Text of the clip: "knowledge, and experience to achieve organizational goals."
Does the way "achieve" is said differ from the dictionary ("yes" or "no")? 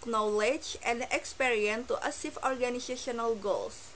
yes